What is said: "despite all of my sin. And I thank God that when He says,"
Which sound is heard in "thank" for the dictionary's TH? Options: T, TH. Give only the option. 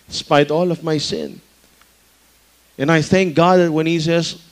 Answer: TH